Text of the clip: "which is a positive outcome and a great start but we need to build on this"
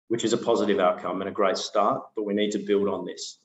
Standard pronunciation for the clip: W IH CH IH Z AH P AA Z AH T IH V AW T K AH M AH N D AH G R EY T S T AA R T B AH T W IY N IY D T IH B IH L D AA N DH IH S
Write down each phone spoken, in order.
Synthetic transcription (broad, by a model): W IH CH IH Z AH P AA Z AH T IH V AW T K AH M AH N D AH G R EY T S T AA R T B AH T W IY N IY D T IH B IH L D N DH IH S